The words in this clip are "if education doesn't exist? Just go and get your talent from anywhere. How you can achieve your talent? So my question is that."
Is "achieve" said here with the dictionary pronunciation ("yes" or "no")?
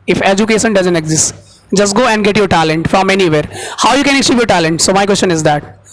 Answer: no